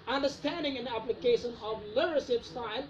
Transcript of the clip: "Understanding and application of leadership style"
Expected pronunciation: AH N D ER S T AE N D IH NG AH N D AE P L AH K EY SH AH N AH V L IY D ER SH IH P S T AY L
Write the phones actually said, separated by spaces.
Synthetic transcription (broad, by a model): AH N D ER S T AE N D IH NG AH N AE P L AH K EY SH AH N AH V L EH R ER S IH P S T AY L